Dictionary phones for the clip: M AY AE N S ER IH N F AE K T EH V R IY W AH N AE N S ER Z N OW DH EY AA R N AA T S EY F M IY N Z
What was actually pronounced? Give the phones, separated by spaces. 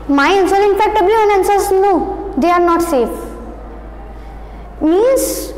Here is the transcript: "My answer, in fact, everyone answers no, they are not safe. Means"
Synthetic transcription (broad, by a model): M AY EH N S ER IH N F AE K T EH B R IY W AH N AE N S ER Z N OW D EY AA R N AA T S EY F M IY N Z